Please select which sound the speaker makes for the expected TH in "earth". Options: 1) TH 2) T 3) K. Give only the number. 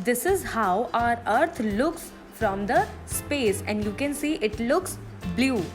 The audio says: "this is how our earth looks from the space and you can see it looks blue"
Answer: 2